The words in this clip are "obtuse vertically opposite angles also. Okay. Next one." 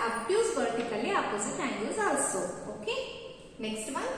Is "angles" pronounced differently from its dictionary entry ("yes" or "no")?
yes